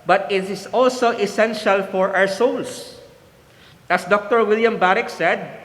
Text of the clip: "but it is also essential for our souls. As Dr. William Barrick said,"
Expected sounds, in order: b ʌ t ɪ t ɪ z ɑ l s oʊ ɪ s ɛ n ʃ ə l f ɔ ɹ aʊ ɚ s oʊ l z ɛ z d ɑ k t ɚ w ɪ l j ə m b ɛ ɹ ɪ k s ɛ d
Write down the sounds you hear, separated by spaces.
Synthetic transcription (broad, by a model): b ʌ t ɪ t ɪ s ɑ l s oʊ ɪ s ɛ n ʃ ə l f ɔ ɹ aʊ ɚ s oʊ l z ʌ s d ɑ k t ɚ w ɪ l j ə m b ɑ ɹ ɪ k s ɛ d